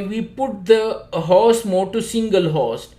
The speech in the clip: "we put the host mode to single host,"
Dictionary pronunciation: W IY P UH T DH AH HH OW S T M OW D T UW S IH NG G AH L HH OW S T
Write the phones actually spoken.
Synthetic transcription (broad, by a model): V IY P UH T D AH HH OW S M OW D T UW S IH NG G AH L HH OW S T